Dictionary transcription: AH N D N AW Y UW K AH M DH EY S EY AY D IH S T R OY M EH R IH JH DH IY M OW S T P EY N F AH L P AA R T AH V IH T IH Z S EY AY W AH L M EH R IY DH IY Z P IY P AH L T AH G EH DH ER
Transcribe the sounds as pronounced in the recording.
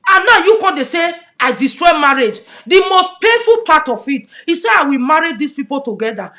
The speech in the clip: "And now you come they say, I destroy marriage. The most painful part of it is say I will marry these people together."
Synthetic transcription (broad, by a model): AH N N AW Y UW K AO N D EY S EY AY D IH S T R OY M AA R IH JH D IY M OW S T P EY F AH L P AA T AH F IH T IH S EY AY W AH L M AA R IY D IY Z P IY P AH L T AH G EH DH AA